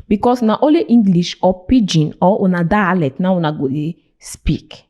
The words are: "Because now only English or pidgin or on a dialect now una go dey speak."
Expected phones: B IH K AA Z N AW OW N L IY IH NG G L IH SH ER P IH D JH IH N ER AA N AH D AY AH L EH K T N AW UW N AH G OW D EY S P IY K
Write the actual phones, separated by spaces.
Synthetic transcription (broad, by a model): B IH K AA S N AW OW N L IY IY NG G L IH SH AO P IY JH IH N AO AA N AH D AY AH L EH T N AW UW N AH G OW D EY S P IY K